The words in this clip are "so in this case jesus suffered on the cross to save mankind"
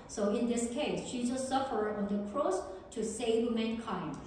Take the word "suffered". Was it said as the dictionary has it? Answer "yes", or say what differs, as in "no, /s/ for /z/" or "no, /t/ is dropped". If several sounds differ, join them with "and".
yes